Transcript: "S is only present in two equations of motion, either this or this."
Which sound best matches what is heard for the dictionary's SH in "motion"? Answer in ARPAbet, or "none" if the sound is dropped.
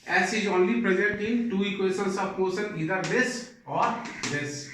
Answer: S